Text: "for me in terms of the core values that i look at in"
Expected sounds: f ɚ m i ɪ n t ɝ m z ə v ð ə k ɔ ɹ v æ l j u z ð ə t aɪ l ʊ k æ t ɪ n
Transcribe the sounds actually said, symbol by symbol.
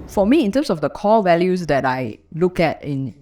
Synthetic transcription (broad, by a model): f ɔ m i ɪ n t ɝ m s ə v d ə k ɔ l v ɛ l j u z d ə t aɪ l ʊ k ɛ t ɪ n